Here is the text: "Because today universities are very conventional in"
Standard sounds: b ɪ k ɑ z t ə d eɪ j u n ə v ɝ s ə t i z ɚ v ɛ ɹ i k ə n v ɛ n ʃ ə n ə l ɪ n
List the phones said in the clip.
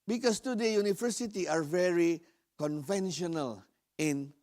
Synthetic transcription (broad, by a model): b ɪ k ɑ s t ə d eɪ j u n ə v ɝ s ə t i ɑ v ɛ ɹ i k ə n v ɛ n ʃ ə n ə l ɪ n